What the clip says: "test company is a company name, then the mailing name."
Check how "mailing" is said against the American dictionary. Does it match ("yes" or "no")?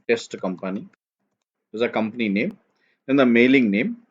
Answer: yes